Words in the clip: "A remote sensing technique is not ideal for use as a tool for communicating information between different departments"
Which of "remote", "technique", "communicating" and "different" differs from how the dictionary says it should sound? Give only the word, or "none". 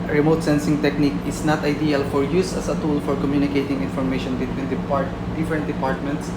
different